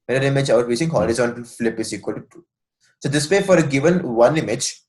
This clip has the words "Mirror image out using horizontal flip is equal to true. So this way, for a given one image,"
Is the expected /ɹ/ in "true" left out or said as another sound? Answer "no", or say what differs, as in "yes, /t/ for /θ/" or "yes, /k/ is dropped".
yes, /ɹ/ is dropped